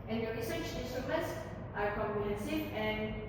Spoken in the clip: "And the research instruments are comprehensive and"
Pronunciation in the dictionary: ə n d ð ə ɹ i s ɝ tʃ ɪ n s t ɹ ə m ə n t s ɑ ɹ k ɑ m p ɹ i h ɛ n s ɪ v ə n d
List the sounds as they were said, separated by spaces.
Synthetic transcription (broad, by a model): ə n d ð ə ɹ i s ɝ tʃ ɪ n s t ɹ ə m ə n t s ɑ ɹ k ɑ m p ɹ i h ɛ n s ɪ ə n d